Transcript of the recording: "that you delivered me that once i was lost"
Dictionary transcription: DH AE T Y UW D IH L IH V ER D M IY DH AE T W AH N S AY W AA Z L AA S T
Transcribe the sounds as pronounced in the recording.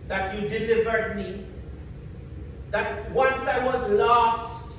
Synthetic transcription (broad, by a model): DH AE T Y UW D IH L IH V ER D M IY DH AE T W AH N S AY W AA Z L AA S T